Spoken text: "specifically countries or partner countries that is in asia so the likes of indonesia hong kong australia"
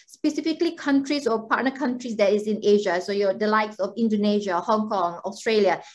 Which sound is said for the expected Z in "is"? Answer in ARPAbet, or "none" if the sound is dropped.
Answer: S